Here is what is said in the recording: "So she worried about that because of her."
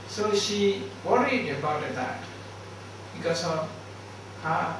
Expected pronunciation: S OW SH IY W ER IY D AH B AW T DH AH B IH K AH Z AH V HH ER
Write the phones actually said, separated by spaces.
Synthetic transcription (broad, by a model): S OW SH IY W ER IY D AH B AW T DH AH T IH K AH S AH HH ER